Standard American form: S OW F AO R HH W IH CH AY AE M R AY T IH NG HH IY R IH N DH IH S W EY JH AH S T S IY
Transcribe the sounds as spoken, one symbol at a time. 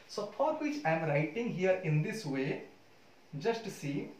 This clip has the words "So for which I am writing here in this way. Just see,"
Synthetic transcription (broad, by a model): S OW P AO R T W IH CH AY M R AY T IH NG HH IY R IH N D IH S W EY JH AH S T S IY